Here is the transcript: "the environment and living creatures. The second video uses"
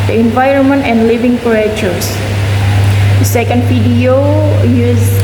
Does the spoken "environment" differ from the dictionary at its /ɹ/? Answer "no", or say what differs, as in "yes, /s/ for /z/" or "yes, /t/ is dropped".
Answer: no